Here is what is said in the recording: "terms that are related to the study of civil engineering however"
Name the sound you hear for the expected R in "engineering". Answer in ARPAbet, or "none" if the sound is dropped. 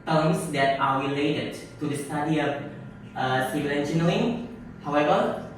L